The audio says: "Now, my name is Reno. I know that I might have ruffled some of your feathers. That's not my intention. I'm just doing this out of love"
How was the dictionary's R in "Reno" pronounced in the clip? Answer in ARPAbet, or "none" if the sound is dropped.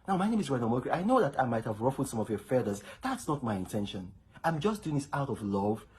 W